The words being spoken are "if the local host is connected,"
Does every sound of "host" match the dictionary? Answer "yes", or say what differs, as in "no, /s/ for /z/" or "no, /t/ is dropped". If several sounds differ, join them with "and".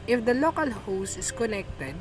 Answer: no, /t/ is dropped